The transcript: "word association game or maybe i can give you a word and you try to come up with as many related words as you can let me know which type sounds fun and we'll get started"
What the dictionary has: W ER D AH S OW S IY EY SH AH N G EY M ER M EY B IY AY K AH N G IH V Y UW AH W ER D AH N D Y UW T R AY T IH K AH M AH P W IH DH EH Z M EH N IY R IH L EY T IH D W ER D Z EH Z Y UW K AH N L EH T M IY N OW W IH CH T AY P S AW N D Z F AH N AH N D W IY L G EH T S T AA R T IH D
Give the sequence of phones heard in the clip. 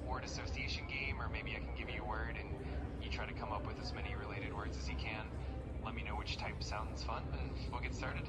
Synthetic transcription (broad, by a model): W ER D AH S OW S IY EY SH AH N G EY M ER M EY B IY AY K N G IH V Y AH W ER D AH N Y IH T R AY T IH K AH M AH P W IH DH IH Z M EH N IY R IH L EY T IH D W ER D Z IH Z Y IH K AH N L EH T M IY N OW W IH CH T AY P S AW N D Z F AH N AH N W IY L G EH T S T AA R T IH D